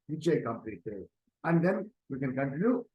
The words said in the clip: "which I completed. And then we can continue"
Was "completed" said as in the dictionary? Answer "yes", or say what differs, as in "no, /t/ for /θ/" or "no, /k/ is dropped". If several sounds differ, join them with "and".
no, /d/ is dropped